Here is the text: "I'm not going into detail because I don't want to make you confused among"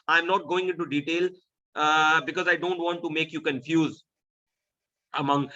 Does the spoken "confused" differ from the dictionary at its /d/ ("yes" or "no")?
yes